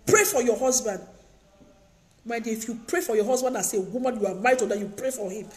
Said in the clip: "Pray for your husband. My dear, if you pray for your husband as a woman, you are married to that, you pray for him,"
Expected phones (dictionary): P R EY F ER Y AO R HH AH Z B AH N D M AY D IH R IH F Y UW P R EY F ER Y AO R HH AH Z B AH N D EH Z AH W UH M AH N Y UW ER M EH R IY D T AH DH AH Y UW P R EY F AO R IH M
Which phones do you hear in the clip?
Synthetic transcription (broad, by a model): P R EY F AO Y AO HH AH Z B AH N D M AY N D IH F Y UW P R EY F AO Y AO HH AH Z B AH N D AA S AH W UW M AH N Y UW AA M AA IY T AH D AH Y UW P R EY F AO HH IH M